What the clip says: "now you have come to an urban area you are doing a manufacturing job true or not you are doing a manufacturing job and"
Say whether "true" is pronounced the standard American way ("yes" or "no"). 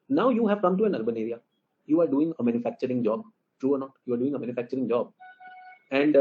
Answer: yes